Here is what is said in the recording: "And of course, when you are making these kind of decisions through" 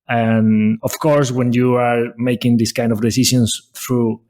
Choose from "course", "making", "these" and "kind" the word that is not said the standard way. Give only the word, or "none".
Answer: these